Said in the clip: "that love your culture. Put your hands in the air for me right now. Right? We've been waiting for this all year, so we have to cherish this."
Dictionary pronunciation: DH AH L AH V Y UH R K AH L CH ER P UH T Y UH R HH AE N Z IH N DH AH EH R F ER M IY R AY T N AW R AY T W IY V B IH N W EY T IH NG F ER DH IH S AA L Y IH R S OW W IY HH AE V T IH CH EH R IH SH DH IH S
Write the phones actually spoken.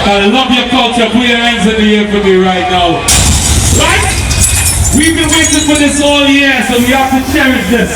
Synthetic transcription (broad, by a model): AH L AH V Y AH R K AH L CH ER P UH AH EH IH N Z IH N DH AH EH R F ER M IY R AY T N AW R AY T W IY V B IH N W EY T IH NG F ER DH IH S AA L Y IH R S OW W IY HH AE F T IH CH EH R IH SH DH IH S